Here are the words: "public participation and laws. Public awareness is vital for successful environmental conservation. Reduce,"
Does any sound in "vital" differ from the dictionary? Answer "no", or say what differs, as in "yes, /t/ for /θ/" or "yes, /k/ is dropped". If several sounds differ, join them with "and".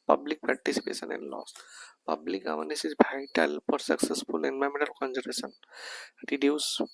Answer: yes, /b/ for /v/